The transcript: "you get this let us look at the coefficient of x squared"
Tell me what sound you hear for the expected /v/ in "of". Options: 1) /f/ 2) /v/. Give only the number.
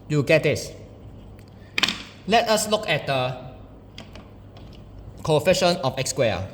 1